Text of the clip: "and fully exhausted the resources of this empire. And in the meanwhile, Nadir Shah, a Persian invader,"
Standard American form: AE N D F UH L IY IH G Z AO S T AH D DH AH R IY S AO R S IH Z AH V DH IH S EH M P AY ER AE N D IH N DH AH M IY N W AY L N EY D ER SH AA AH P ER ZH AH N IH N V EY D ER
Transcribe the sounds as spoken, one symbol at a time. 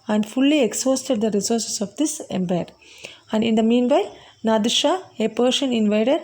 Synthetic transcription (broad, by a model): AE N D F UH L IY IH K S AO S T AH D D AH R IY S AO R S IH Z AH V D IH S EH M B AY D AE N D IH N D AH M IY N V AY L N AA D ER SH AA AH P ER SH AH N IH N V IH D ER